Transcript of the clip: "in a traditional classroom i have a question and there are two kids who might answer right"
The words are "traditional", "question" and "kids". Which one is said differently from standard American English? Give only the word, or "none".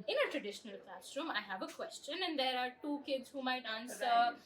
none